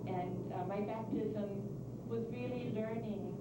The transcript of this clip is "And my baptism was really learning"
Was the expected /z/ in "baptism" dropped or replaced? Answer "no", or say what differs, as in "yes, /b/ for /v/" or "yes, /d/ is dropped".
no